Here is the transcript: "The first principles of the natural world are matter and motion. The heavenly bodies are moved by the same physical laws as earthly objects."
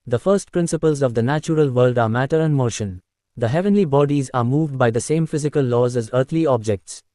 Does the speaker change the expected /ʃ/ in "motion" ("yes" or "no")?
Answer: no